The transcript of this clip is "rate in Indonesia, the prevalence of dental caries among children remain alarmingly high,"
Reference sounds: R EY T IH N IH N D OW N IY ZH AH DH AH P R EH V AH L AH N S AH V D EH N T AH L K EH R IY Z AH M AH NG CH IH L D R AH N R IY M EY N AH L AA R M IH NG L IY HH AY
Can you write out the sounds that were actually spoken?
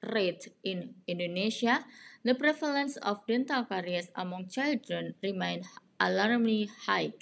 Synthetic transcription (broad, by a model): R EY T IH N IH N D OW N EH S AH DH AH P R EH F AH L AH N S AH F D EH N T AH L K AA R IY S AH M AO NG CH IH L D R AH N R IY M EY N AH L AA R M L IY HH AY